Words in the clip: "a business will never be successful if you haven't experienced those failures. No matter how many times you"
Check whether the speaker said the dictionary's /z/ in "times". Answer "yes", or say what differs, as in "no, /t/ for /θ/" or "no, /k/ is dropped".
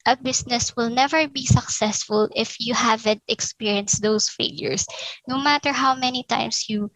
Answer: no, /s/ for /z/